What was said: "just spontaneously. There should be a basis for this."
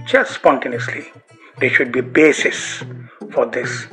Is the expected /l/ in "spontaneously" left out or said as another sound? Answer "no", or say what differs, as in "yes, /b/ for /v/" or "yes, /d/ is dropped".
no